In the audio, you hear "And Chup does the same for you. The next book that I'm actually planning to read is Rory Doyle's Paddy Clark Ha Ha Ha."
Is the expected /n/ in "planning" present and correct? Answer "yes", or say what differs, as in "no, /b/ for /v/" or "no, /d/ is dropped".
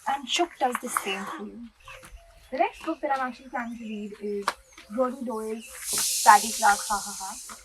no, /n/ is dropped